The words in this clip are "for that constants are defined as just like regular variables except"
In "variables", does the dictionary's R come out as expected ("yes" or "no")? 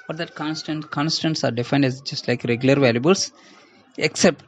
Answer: no